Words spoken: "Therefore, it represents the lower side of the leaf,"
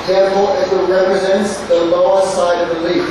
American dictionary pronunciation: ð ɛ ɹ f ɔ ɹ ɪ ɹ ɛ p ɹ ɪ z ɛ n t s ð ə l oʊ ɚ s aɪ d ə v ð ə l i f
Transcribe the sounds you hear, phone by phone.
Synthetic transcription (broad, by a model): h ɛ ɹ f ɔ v ɪ ɹ ɛ p ɹ ɪ z ɛ n t s ð ə l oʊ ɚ s aɪ d ə v ð ə l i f